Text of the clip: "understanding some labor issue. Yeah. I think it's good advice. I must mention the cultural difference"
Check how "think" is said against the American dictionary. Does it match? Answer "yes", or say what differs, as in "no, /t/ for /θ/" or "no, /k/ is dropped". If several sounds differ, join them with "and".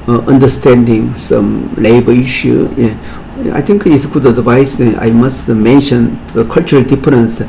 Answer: no, /t/ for /θ/